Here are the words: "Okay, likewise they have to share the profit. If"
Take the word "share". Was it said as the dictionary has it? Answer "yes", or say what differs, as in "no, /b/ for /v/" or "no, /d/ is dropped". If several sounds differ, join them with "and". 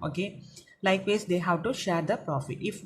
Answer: yes